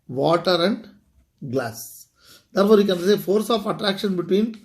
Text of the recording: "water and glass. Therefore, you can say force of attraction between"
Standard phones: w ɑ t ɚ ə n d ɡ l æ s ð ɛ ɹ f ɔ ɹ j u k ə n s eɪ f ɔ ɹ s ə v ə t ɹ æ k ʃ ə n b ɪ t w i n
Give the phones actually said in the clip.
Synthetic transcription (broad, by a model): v ɑ t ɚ ə n d ɡ l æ s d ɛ ɹ f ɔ ɹ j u k ə n s eɪ f ɔ ɹ s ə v ə t ɹ æ k ʃ ə n b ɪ t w i n